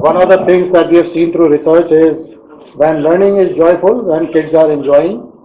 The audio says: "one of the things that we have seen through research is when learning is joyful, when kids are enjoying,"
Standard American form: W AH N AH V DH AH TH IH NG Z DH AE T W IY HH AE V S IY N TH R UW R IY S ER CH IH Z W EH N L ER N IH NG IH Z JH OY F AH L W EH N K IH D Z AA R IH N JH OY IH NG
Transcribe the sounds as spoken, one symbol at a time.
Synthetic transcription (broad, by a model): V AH N AH V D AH T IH NG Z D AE T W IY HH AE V S IY N T R UW R IY S ER CH IH Z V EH N L ER N IH NG IH Z JH OY F AH L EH N K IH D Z AA R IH N JH OY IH NG